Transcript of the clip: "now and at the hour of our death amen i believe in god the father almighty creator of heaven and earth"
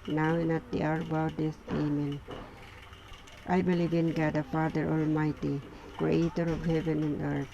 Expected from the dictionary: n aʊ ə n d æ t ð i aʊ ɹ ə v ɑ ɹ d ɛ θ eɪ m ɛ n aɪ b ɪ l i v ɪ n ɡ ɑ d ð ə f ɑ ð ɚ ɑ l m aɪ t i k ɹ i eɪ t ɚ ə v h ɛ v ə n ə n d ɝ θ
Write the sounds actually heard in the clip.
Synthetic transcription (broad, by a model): n aʊ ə n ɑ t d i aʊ ɹ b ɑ w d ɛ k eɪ m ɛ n aɪ b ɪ l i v ɪ n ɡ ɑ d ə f ɑ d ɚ ɑ l m aɪ t i k ɹ i eɪ t ɚ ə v h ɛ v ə n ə n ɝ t